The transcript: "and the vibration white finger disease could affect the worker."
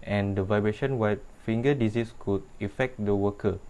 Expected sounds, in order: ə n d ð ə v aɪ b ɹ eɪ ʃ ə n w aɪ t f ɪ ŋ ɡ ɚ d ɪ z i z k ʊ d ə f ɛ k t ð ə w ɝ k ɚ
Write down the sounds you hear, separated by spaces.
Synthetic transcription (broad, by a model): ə n d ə v aɪ b ɹ eɪ ʃ ə n w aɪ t f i ŋ ɡ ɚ d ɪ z i s k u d ə f ɛ k t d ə w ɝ k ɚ